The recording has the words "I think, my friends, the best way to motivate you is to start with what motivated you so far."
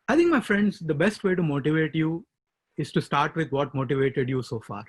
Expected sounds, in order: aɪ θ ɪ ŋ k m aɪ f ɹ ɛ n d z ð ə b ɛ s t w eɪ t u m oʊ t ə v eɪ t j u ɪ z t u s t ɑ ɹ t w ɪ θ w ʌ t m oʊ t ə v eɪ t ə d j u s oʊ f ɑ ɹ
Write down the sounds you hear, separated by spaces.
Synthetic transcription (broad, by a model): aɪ t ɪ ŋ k m aɪ f ɹ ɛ n d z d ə b ɛ s t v eɪ t u m oʊ t ə v eɪ t j u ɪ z t u s t ɑ ɹ t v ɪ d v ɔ t m oʊ t ə v eɪ t ə d j u s oʊ f ɑ ɹ